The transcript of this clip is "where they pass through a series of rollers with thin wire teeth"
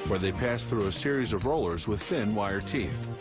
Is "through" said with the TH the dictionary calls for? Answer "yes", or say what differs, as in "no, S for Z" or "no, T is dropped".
yes